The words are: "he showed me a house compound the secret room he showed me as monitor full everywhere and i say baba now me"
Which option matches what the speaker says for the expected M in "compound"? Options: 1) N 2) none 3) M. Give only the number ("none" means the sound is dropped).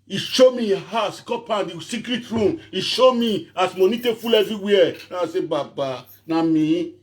2